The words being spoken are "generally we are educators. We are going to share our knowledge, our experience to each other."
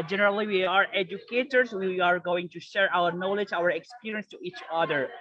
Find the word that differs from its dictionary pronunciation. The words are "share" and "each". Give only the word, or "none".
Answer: none